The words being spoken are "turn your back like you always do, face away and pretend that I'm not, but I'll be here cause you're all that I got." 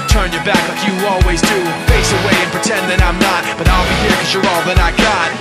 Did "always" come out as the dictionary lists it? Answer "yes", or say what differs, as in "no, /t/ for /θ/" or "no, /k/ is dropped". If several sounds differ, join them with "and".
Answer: yes